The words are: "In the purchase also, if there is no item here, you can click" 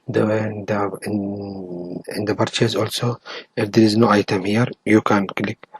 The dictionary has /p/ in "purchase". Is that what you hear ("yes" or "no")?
no